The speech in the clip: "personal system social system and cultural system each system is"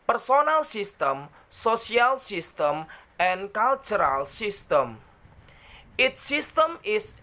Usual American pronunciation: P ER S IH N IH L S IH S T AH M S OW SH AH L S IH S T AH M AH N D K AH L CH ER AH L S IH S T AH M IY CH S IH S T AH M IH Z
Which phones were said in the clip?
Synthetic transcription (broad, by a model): P ER S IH N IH L S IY S T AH M S OW S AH L S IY S T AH M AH N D K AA L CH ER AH L S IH S T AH M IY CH S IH S T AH M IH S